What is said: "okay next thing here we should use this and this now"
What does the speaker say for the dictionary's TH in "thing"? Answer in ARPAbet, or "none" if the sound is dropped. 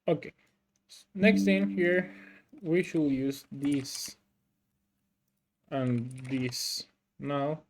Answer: T